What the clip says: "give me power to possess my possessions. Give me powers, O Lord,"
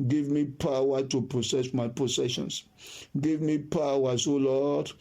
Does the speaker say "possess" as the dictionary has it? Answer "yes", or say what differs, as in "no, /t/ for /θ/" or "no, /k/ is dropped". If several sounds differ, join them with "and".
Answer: no, /s/ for /z/